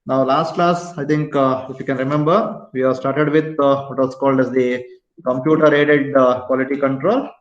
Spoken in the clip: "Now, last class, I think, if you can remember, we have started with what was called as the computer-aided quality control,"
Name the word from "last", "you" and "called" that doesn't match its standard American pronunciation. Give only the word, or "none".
none